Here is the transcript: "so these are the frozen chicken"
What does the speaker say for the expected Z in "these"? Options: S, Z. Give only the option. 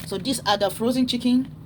S